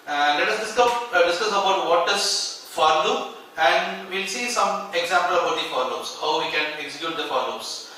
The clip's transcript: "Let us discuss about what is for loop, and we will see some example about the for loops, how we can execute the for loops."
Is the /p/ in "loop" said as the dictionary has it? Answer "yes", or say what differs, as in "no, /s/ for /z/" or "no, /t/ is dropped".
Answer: no, /p/ is dropped